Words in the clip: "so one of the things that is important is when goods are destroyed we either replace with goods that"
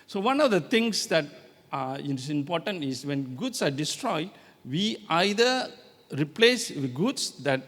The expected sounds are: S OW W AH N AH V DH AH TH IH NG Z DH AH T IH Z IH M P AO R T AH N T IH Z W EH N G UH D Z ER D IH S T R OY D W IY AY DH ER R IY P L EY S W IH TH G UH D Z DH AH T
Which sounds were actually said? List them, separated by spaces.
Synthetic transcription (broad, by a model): S OW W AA N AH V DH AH T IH NG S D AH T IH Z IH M P AO T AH N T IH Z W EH N G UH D S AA D IH S T R OY D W IY AY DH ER R IY P L EY S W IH G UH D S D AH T